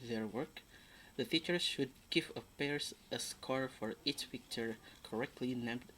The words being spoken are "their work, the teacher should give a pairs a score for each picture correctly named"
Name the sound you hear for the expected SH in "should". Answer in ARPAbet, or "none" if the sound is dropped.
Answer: SH